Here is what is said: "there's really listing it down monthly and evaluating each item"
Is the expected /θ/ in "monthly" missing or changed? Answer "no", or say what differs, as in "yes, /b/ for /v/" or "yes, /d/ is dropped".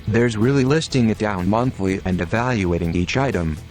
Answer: no